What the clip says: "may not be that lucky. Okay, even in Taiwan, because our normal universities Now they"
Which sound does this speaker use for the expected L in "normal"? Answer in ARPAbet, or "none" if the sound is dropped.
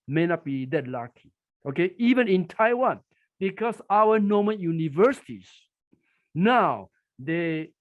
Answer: N